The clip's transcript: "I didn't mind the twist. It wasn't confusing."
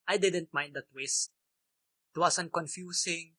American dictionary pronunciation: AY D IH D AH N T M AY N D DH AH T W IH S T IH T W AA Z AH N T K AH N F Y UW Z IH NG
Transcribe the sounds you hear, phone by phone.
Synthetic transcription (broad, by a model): AY D IH D AH N T M AY N D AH T W IH S T IH T W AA S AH N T K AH N F Y UW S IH NG